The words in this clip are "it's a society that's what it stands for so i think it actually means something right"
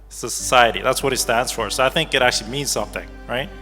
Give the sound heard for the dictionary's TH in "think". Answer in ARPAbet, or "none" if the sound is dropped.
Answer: TH